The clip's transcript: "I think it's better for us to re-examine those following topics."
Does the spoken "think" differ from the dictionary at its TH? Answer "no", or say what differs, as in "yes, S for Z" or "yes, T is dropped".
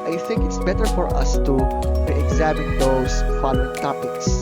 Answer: no